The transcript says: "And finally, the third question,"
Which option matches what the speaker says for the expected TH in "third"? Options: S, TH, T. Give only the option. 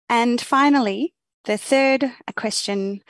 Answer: TH